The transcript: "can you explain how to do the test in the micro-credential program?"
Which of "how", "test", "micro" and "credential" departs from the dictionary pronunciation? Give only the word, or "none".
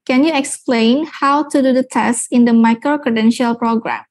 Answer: none